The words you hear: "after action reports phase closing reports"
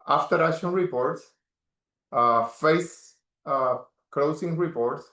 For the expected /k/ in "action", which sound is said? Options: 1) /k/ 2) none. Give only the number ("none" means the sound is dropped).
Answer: 2